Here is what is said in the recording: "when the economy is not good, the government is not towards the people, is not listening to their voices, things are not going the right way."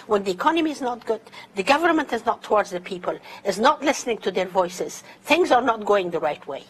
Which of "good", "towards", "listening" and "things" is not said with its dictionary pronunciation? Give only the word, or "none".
none